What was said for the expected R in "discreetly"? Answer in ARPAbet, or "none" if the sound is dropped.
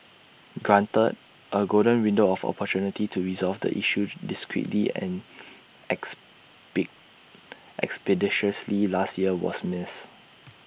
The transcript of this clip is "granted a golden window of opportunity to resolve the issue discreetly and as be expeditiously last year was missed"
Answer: R